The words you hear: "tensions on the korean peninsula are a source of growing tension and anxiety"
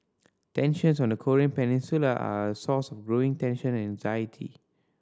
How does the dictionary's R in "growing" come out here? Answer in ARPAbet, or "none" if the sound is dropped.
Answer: R